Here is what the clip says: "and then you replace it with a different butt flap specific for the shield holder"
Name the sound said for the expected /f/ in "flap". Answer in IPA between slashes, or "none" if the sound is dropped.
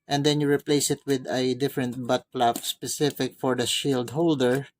/p/